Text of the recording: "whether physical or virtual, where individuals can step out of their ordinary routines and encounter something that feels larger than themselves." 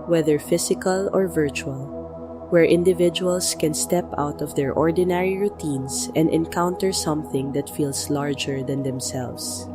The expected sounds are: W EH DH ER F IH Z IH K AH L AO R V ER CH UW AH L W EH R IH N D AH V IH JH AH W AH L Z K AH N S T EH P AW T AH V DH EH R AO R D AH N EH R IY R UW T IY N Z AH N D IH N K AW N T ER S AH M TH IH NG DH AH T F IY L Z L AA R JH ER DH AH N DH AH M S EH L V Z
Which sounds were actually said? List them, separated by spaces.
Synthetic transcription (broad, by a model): W EH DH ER F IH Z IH K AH L AO R V ER CH UW AH L W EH R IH N D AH V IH JH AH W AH L S K AH N S T EH P AW T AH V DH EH R AO R D AH N EH R IY R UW T IY N S AH N D IH N K AW N T ER S AH M TH IH NG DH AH T F IY L S L AA R JH ER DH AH N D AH M S EH L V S